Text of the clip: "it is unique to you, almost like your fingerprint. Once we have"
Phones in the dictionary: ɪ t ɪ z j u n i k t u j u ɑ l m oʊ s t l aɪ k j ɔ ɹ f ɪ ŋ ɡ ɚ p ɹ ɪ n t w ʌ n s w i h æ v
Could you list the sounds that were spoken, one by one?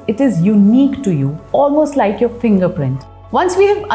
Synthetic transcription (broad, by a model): ɪ t ɪ z j u n i k t u j u ɑ l m oʊ s t l aɪ k j ɔ ɹ f ɪ ŋ ɡ ɚ p ɹ ɪ n t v ʌ n s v i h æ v